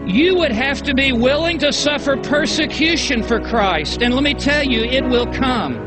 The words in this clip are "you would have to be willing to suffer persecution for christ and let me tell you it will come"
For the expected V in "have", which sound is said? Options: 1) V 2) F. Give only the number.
2